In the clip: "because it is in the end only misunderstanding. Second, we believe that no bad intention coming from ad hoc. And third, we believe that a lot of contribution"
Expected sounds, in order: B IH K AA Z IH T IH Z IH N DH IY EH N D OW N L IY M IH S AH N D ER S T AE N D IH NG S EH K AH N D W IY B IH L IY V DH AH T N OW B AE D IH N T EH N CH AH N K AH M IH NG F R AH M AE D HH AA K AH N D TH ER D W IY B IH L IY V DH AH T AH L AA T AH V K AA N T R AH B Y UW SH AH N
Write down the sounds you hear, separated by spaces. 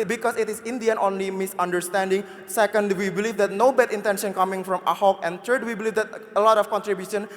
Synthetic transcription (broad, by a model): B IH K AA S IH T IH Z IH N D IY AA N OW N L IY M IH S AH N D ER S T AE N D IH NG S EH K AH N D W IY B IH L IY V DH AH T N OW B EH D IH N T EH N SH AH N K AH M IH NG F R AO M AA HH AA K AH N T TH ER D W IY B IH L IY V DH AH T AH L AA T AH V K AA N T R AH B Y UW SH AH N